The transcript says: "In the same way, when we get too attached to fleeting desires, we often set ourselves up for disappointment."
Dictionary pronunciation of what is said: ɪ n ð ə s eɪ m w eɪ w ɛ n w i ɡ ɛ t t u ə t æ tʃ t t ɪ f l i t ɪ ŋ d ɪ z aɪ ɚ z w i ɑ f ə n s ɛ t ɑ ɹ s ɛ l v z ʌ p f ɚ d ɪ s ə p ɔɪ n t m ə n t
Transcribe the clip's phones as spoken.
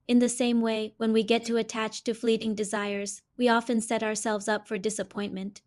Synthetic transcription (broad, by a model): ɪ n ð ə s eɪ m w eɪ w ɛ n w i ɡ ɛ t t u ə t æ tʃ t t ɪ f l i t ɪ ŋ d ɪ z aɪ ɚ z w i ɑ f ə n s ɛ t ɑ ɹ s ɛ l v z ʌ p f ɚ d ɪ s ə p ɔɪ n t m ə n t